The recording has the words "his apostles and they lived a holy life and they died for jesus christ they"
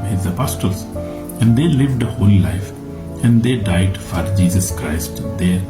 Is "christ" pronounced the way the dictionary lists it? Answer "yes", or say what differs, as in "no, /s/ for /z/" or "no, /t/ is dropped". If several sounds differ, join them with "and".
yes